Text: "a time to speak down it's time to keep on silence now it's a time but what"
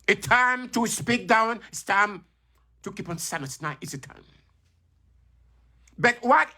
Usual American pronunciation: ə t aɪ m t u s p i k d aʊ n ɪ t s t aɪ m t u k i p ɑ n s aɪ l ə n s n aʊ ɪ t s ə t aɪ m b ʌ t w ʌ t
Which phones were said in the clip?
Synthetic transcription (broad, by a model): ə t aɪ m t u s p i k d aʊ n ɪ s t aɪ m t u k i p ɑ n s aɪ n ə s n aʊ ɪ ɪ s ə t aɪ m b ʌ t w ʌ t